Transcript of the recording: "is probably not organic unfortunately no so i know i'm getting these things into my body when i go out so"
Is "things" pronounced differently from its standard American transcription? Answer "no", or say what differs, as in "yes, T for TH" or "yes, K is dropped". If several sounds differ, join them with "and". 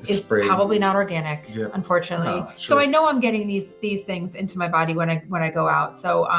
no